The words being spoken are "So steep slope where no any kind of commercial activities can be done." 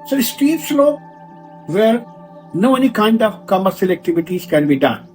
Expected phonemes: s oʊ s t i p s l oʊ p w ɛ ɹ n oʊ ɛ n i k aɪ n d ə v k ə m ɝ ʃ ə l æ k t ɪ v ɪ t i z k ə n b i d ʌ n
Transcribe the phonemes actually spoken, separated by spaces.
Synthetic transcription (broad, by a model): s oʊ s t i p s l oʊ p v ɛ ɹ n oʊ ɛ n i k aɪ n d ə v k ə m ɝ s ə l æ k t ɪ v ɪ t i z k ə n b i d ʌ n